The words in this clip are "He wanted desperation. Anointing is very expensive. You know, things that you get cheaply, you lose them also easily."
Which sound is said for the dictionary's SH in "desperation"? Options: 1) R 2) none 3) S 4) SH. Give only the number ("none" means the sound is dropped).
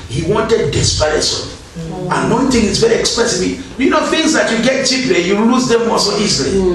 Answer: 3